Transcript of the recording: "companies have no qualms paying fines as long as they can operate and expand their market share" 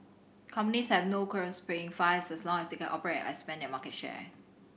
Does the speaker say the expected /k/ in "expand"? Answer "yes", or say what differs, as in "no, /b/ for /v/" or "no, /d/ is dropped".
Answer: no, /k/ is dropped